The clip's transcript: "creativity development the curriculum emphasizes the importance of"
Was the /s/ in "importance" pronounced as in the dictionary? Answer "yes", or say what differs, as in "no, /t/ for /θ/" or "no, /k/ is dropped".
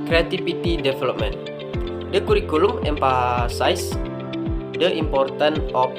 no, /s/ is dropped